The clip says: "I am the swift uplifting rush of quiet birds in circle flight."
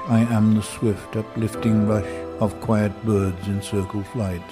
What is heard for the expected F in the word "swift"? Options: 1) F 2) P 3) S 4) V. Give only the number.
1